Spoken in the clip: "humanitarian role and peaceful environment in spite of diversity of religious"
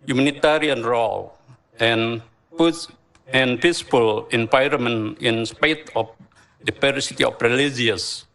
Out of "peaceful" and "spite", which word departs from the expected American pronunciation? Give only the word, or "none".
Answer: peaceful